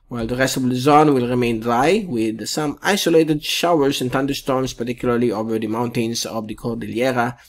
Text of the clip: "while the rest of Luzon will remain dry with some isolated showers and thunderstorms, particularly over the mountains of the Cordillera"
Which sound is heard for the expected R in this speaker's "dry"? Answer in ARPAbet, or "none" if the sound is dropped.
L